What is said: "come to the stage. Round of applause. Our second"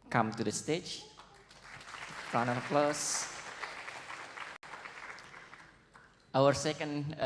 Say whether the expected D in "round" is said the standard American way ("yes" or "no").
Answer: no